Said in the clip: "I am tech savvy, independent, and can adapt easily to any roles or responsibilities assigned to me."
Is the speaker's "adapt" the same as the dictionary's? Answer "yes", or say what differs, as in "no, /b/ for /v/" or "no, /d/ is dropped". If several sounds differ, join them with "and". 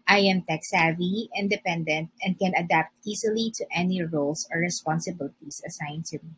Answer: yes